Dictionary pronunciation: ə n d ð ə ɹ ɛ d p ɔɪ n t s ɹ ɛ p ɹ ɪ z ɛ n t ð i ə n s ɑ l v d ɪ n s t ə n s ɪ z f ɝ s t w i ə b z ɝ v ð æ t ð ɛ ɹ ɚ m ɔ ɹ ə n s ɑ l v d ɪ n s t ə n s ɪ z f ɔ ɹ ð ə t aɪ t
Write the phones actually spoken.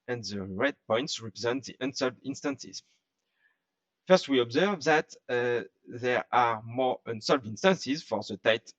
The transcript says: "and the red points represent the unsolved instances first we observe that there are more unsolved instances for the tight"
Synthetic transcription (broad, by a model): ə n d ð ə ɹ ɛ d p ɔɪ n t s ɹ ɛ p ɹ ɪ z ɛ n t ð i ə n s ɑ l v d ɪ n s t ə n s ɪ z f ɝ s t w i ə b z ɝ v ð æ t ð ɛ ɹ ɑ m ɔ ɹ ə n s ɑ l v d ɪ n s t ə n s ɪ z f ɔ ɹ ð ə t aɪ t